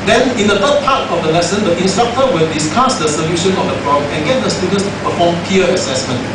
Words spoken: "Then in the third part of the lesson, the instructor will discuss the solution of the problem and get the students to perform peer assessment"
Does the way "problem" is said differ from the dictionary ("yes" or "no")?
yes